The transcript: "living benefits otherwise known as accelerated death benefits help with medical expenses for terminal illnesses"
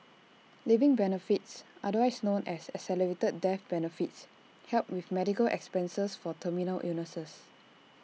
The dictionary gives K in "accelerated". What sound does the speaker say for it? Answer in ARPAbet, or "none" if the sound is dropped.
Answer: none